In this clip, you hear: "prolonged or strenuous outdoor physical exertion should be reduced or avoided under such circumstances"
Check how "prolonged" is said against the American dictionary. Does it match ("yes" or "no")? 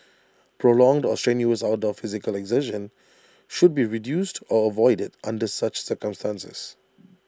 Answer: yes